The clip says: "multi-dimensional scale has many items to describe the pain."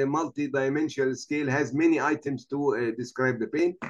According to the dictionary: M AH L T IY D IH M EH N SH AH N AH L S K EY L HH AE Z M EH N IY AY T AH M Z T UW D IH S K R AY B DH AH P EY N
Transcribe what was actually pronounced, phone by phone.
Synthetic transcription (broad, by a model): M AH L T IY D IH M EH N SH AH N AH L S K EY L HH AE Z M EH N IY AY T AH M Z T UW D IH S K R AY B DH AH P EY N